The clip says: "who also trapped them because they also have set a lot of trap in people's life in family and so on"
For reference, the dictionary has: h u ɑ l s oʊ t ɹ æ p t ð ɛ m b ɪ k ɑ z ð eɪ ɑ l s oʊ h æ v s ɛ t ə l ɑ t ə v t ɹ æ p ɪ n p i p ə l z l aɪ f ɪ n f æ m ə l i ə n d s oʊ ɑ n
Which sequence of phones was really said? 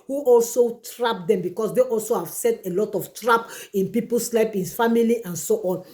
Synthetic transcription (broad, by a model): h u ɑ l s oʊ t ɹ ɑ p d ɛ m b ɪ k ɑ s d eɪ ɑ l s oʊ h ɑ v s ɛ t ə l ɑ t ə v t ɹ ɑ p ɪ n p i p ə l s l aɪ p ɪ n f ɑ m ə l i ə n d s oʊ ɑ n